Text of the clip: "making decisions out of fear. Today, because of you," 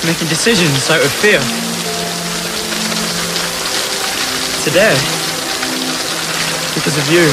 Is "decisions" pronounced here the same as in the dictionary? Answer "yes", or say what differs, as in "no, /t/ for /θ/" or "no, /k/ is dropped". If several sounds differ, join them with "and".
yes